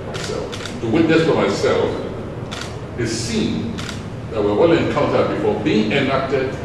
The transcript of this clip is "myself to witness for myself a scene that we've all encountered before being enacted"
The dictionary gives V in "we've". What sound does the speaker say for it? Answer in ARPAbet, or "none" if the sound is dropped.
W